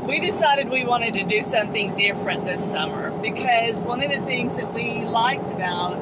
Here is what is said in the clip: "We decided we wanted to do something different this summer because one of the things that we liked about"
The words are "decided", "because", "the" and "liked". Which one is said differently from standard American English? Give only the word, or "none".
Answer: none